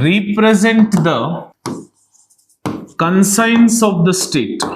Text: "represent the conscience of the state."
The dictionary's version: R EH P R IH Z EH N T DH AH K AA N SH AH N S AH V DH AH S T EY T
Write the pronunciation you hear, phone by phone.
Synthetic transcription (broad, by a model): R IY P R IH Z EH N T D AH K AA N S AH N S AH V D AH S T EY T